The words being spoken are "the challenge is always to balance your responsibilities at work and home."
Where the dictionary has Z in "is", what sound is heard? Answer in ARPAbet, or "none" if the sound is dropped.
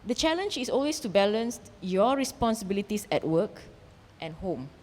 S